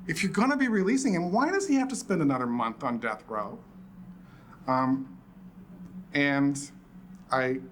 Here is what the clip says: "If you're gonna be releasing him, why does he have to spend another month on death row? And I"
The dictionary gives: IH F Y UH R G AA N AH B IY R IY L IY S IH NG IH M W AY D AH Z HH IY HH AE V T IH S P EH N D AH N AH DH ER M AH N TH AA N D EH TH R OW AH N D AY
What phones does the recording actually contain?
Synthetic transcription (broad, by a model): IH F Y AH R G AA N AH B IY R IY L IY S IH NG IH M W AY D AH Z IY HH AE F T IH S P EH N D AH N AH DH ER M AH N TH N D EH TH R OW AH N AY